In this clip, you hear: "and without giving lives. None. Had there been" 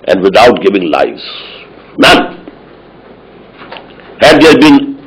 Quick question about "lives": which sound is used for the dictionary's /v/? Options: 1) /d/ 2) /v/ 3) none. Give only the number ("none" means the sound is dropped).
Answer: 3